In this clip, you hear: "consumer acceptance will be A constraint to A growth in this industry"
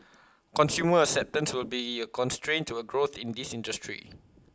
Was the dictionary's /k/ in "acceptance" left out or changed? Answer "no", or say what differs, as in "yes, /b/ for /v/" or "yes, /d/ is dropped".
yes, /k/ is dropped